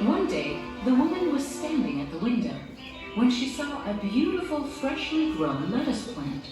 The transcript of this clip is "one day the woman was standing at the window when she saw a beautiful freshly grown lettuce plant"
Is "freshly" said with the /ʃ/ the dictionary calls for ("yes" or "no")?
yes